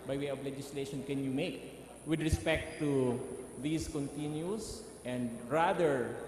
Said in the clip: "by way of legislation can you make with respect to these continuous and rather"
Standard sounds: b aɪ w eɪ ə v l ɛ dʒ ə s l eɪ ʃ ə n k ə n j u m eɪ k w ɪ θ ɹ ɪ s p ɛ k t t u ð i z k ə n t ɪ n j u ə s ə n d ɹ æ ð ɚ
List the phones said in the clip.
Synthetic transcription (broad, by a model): b aɪ w eɪ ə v l ɛ dʒ ə s l eɪ ʃ ə n k ə n j u m eɪ k w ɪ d ɹ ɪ s p ɛ k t t u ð i s k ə n t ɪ n j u s ə n d ɹ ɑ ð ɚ